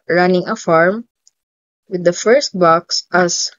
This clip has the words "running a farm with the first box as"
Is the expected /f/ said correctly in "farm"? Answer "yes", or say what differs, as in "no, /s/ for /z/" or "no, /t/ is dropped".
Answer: yes